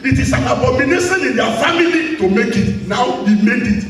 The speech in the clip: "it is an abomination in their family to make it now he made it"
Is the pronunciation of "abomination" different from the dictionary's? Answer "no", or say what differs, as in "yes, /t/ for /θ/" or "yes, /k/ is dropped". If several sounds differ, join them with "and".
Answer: yes, /s/ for /ʃ/